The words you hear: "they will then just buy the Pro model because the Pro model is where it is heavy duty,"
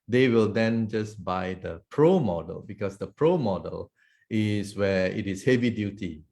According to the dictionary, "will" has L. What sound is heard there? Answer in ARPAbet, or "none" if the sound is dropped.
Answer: L